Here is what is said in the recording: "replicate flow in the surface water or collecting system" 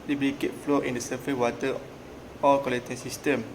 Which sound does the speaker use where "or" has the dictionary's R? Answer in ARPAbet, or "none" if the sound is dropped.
L